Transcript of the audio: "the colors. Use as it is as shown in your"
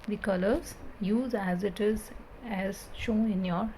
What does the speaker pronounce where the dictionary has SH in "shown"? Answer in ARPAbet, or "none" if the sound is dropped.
SH